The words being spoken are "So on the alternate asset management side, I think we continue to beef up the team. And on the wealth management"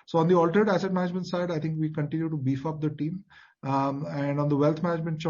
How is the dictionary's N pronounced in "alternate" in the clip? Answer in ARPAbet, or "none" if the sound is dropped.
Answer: none